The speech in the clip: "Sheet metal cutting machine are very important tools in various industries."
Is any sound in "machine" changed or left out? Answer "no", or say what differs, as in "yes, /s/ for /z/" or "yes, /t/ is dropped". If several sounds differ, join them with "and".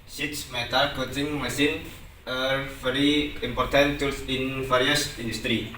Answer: yes, /s/ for /ʃ/